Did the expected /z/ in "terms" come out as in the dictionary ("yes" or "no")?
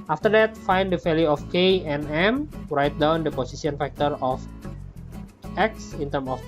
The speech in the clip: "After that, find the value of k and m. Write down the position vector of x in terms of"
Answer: no